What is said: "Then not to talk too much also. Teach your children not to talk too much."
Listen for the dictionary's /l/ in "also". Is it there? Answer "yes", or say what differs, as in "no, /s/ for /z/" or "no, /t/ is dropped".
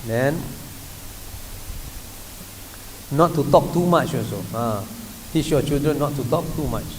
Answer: no, /l/ is dropped